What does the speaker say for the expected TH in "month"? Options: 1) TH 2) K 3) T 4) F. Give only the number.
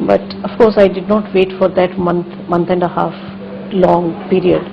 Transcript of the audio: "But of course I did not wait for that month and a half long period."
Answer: 3